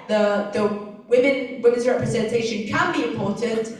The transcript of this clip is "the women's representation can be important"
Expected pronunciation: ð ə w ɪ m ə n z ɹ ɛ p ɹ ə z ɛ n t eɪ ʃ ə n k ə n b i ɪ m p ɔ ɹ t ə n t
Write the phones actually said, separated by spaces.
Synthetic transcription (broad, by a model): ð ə w ɪ m ə n z ɹ ɛ p ɹ ə z ɛ n t eɪ ʃ ə n k ə n b i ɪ m p ɔ ɹ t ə n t